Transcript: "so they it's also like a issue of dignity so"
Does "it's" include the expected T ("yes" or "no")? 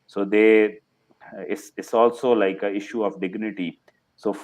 no